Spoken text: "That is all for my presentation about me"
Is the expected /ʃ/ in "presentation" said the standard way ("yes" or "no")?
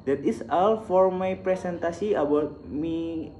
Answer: no